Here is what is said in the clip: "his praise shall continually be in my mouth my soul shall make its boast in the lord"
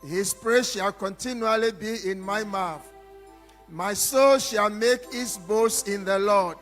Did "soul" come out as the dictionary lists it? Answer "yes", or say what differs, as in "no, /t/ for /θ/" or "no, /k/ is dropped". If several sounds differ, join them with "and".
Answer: yes